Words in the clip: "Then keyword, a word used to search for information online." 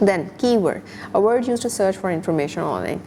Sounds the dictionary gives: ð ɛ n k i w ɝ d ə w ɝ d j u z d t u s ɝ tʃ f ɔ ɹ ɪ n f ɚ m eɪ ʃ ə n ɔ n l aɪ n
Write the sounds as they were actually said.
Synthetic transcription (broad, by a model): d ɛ n k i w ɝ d ə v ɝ d j u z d t u s ɝ tʃ f ɔ ɹ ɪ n f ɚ m eɪ ʃ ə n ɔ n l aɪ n